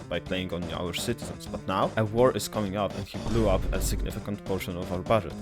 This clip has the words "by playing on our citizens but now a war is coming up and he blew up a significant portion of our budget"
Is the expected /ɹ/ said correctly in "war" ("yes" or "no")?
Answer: yes